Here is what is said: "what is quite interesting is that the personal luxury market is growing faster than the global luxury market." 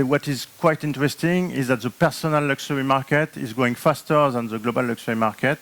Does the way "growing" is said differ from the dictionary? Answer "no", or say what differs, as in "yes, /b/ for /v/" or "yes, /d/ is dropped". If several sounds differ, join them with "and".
yes, /ɹ/ is dropped